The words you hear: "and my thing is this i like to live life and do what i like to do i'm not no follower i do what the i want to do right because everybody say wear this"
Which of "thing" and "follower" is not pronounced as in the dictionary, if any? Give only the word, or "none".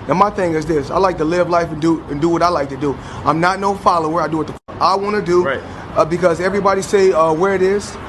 none